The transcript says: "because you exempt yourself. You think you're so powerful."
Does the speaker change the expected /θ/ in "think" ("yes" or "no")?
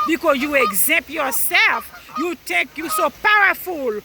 yes